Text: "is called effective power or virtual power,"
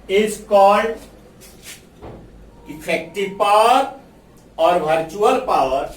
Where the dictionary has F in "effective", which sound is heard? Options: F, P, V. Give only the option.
P